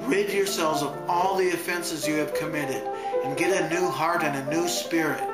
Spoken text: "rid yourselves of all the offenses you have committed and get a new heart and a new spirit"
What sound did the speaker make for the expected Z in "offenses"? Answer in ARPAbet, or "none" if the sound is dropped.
Z